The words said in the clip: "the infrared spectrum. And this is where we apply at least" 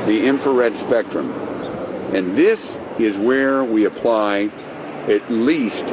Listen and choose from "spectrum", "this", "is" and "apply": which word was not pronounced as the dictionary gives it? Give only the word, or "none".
none